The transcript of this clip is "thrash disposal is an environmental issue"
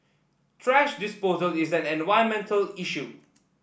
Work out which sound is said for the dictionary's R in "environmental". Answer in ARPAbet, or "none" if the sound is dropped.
none